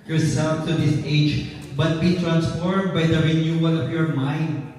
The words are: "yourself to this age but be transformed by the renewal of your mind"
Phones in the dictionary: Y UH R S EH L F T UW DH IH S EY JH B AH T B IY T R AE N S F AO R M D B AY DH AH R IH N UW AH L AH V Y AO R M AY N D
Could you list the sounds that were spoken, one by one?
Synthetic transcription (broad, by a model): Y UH R S EH L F T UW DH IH S EY JH B AH T B IY T R AE N S F AO R M D B AY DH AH R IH N UW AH L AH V Y AO R M AY N D